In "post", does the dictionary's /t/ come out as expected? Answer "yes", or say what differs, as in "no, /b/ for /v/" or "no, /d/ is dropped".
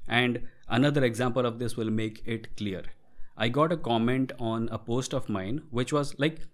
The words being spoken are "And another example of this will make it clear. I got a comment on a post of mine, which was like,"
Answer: yes